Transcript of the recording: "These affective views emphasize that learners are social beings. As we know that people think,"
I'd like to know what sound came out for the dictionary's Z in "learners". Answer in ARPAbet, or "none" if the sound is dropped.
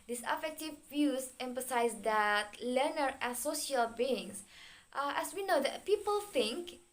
none